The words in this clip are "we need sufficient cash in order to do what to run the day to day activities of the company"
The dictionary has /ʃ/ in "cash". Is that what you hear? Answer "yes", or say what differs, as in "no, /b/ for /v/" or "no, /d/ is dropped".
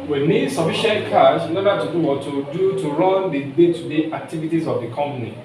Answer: no, /s/ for /ʃ/